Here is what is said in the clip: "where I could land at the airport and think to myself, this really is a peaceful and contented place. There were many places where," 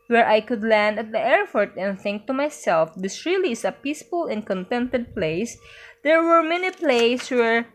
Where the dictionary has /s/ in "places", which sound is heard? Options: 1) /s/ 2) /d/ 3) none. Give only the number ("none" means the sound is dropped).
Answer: 3